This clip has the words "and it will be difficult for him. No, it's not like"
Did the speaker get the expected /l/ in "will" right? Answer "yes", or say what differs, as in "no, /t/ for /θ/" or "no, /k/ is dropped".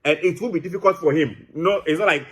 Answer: no, /n/ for /l/